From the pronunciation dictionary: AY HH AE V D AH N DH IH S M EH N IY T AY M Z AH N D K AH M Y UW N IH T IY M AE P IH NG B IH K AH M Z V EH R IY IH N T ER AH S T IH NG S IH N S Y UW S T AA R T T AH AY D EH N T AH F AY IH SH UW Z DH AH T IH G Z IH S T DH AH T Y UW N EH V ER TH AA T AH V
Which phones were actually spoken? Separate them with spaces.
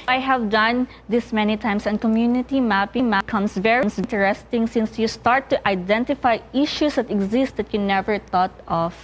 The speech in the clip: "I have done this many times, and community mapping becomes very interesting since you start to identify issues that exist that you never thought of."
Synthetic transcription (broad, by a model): AY HH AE V D AH N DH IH S M EH N IY T AY M S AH N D K AH M Y UW N IH T IY M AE P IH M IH K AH M S V EH R IY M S T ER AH S T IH NG S IH N S Y UW S T AA R T T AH AY D EH N T AH F AY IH SH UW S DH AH T IH G Z IH S T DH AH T Y UW N EH V ER T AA T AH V